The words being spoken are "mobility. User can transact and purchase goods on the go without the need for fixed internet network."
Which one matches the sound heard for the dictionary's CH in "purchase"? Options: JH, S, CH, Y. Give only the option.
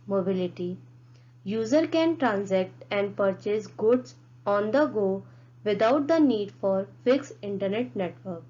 CH